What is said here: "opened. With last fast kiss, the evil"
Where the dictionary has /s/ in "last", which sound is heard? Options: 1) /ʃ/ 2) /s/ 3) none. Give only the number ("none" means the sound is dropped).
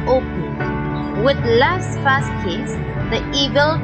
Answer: 2